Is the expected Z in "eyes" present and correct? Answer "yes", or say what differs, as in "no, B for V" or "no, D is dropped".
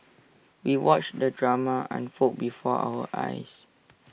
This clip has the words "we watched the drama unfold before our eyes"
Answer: no, S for Z